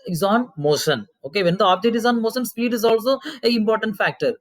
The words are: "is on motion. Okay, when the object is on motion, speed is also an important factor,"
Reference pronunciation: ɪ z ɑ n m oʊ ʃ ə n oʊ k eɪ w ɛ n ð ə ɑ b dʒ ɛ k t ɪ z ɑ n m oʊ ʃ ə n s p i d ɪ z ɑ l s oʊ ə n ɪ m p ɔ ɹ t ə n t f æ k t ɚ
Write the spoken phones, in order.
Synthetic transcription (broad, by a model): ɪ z ɑ n m oʊ ʃ ə n oʊ k eɪ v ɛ n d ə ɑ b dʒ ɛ t ɪ z ɑ n m oʊ ʃ ə n s p i d ɪ z ɑ l s oʊ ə ɪ m p ɔ ɹ t ə n t f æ k t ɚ